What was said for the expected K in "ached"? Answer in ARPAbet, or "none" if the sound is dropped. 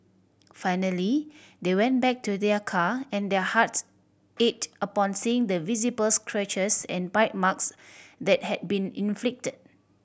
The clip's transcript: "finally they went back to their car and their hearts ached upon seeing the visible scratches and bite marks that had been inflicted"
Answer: none